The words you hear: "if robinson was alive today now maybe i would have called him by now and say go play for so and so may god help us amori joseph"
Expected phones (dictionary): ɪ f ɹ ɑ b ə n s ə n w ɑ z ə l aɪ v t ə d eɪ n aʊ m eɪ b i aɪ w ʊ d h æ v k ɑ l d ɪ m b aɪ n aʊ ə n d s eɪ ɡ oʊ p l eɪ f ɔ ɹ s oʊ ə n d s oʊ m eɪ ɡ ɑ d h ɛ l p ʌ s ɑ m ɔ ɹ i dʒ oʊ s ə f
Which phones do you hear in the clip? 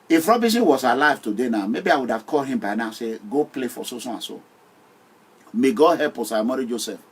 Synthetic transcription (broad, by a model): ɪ f ɹ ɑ b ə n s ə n w ɑ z ə l aɪ v t ə d eɪ n aʊ m eɪ b i aɪ w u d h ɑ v k ɑ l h ɪ m b aɪ n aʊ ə s eɪ ɡ oʊ p l eɪ f ɔ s s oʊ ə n s oʊ m eɪ ɡ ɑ h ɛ p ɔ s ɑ m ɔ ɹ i dʒ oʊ s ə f